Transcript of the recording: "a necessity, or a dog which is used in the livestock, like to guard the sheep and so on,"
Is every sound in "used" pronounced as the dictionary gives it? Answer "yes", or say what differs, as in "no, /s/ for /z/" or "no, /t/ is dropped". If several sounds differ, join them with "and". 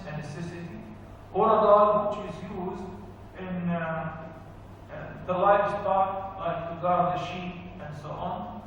yes